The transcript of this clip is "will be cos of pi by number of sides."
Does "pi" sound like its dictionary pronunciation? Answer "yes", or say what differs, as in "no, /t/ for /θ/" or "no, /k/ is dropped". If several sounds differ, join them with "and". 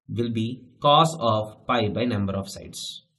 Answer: yes